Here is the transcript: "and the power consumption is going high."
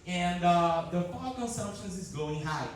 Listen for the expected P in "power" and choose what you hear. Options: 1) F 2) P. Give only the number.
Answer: 1